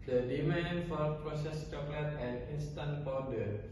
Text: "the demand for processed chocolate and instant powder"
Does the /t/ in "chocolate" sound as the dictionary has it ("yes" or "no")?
yes